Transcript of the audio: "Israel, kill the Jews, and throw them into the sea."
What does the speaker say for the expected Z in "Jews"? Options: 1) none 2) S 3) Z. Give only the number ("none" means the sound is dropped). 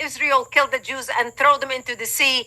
3